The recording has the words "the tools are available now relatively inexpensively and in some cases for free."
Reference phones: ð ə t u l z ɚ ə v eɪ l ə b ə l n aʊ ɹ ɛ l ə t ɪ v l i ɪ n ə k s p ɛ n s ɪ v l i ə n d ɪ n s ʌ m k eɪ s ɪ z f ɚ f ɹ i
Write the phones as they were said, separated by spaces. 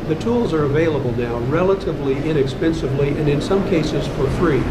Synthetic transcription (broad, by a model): ð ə t u l z ɚ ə v eɪ l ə b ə l n aʊ ɹ ɛ l ə t ɪ v l i ɪ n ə k s p ɛ n s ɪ v l i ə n ɪ n s ʌ m k eɪ s ɪ z f ɚ f ɹ i